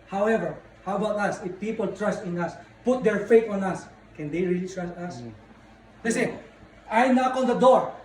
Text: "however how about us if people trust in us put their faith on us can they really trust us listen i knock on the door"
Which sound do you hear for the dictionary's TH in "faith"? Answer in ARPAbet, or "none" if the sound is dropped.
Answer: T